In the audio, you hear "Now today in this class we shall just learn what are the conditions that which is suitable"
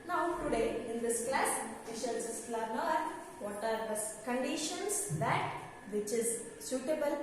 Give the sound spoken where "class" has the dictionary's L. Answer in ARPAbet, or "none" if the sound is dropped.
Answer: L